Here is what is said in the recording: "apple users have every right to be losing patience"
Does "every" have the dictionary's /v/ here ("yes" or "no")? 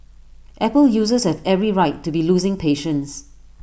yes